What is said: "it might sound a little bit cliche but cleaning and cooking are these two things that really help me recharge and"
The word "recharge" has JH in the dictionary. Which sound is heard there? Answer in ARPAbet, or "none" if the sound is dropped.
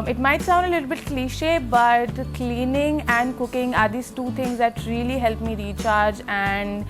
JH